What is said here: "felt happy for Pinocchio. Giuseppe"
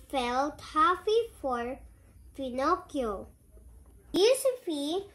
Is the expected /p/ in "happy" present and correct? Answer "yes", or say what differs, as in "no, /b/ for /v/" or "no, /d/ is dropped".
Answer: no, /f/ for /p/